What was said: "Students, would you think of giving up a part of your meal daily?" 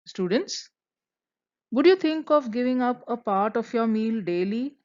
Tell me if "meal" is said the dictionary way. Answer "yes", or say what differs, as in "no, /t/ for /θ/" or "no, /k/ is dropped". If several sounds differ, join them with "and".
yes